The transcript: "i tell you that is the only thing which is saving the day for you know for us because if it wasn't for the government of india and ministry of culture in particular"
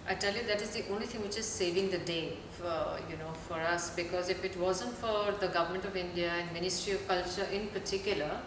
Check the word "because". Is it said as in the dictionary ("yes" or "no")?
yes